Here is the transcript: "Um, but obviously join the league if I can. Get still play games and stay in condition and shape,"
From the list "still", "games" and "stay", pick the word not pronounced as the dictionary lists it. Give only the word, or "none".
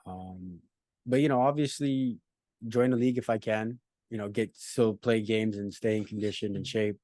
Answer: none